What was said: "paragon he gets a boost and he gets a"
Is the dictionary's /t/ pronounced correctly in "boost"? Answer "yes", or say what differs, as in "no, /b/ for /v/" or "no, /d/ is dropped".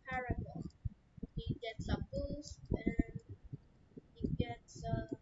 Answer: no, /t/ is dropped